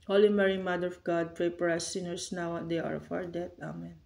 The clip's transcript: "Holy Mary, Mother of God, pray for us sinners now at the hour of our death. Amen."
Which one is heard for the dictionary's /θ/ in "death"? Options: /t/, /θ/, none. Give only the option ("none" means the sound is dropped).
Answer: /t/